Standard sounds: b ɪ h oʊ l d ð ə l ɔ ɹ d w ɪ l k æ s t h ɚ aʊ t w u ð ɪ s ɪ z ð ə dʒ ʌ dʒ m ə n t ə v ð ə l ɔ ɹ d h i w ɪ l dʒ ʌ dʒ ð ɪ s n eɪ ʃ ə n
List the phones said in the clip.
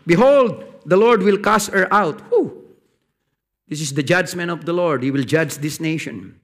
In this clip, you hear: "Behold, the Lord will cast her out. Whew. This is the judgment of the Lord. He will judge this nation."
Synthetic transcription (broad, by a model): b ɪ h oʊ l d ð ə l ɔ ɹ d w ɪ l k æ s t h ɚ aʊ t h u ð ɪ s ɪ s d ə dʒ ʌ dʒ m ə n ə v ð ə l ɔ ɹ d h i w ɪ l dʒ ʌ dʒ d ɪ s n eɪ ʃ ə n